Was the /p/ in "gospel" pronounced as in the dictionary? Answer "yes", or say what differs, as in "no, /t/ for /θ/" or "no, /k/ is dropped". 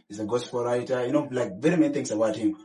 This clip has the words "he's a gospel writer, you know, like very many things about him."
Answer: no, /f/ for /p/